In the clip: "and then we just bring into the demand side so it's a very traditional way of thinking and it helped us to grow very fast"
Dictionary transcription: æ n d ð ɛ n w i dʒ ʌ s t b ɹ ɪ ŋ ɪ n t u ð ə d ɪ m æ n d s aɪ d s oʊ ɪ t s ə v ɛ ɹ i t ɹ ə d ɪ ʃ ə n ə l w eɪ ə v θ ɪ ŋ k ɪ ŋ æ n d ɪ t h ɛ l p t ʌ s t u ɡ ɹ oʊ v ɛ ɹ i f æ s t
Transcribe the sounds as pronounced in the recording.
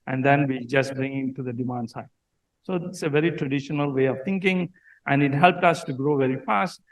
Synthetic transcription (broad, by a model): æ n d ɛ n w i dʒ ʌ s t b ɹ ɪ ŋ ɪ n t u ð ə d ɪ m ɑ n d s aɪ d s oʊ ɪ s ə v ɛ ɹ i t ɹ ə d ɪ ʃ ə n ə l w eɪ ə v t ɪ ŋ k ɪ ŋ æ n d ɪ t h ɛ l p t ʌ s t u ɡ ɹ oʊ v ɛ ɹ i f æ s t